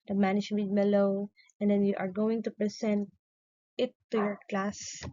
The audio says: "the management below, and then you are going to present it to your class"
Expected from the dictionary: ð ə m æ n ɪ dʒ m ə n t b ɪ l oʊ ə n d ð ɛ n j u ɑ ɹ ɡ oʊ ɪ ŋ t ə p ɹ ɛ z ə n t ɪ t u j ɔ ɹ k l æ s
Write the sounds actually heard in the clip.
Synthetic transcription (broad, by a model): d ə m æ n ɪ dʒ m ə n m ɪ l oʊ ə n d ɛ n j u ɑ ɹ ɡ oʊ ɪ ŋ t ə p ɹ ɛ s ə n t ɪ t u j ɔ ɹ k l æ s